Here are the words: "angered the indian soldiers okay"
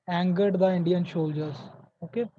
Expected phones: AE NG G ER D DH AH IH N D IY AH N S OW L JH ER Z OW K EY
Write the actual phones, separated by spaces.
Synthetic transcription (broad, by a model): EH NG G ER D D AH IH N D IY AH N SH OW L JH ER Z OW K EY